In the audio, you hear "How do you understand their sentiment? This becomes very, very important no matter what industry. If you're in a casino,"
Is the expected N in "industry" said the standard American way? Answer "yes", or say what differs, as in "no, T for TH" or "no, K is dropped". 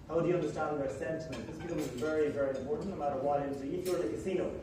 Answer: no, N is dropped